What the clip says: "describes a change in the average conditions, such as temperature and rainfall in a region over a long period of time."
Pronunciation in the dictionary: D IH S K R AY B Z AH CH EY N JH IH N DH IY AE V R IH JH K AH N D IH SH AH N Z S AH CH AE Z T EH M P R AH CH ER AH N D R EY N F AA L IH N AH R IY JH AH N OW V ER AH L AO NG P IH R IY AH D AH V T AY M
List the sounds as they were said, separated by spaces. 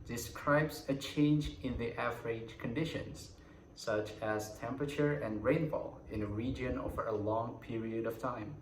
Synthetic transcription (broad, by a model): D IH S K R AY B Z AH CH EY N JH IH N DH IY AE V R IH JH K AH N D IH SH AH N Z S AH CH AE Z T EH M P R AH CH ER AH N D R EY N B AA L IH N AH R IY JH AH N OW V ER AH L AO NG P IH R IY AH D AH V T AY M